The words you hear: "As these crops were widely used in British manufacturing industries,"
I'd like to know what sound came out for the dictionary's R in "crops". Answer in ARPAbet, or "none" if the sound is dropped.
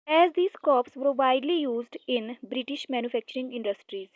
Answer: none